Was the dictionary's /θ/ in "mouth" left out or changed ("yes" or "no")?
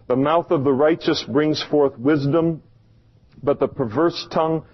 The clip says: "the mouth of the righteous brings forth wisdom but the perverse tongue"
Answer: no